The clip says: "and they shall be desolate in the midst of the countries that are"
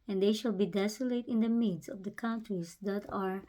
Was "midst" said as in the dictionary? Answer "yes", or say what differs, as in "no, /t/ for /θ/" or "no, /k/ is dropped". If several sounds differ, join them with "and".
no, /t/ is dropped